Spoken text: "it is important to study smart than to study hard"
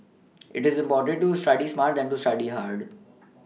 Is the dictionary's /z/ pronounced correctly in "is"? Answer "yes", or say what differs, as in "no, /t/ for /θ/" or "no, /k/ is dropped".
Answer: yes